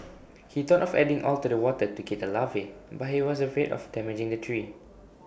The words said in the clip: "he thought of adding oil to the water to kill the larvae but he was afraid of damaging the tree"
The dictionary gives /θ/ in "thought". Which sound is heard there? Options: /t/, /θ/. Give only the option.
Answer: /t/